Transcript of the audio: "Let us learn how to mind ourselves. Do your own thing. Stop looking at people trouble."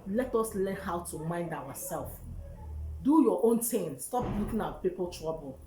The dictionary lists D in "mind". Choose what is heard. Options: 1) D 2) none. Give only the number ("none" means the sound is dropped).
1